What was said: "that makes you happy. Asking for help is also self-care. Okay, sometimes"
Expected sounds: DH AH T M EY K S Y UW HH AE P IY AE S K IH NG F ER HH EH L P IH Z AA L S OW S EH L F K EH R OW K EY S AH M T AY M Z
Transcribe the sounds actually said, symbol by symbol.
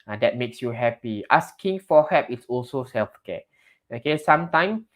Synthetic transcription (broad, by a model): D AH T M EY K S Y UW HH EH P IY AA S K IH NG F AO HH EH P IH S AA L S OW S EH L F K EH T OW K EY S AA M T AY M